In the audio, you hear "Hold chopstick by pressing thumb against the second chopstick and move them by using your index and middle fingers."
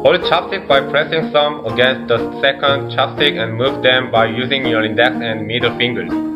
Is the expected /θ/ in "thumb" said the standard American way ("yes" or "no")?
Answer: no